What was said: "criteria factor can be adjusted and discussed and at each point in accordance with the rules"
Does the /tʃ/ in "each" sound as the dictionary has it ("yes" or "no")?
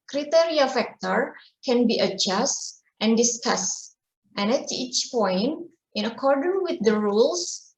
yes